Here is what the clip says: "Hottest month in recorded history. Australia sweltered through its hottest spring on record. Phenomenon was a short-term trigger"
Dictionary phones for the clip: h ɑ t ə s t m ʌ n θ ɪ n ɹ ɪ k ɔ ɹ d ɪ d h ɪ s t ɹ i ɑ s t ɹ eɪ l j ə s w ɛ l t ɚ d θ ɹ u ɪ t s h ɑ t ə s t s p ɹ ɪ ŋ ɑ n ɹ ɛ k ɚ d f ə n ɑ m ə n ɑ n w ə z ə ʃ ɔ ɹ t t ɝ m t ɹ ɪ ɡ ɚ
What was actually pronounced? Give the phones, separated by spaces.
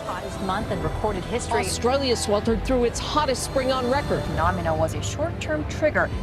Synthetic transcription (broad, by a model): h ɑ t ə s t m ʌ n θ ɪ n ɹ ɪ k ɔ ɹ d ɪ d h ɪ s t ɹ i s t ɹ eɪ l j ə s w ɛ l t ɚ d θ ɹ u ɪ t s h ɑ t ə s t s p ɹ ɪ ŋ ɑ n ɹ ɛ k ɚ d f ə n ɑ m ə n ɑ w ə z ə ʃ ɔ ɹ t t ɝ m t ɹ ɪ ɡ ɚ